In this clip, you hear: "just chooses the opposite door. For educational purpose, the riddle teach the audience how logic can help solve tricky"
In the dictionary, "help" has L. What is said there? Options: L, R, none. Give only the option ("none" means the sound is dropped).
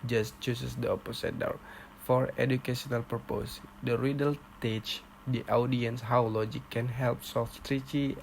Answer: L